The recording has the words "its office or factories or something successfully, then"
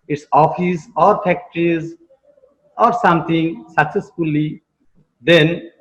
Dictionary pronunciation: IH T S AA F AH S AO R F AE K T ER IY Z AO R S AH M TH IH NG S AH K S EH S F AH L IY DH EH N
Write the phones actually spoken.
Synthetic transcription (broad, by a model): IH T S AA F AH S AO R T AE K T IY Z AO R S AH M T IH NG S AH K S EH S F AH L IY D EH N